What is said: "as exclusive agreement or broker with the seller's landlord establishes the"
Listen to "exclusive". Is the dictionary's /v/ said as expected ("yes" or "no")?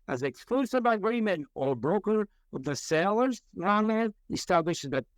no